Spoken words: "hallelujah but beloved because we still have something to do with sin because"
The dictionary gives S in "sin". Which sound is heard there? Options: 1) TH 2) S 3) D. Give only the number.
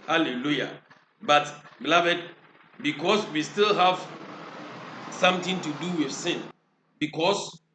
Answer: 2